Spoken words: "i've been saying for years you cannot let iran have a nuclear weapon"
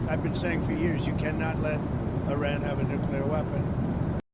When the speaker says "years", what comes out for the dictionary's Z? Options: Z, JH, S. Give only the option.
Z